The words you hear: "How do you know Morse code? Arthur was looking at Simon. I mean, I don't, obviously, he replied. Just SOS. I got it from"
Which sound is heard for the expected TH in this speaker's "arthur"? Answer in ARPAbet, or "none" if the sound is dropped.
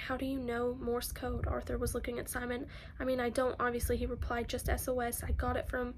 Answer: TH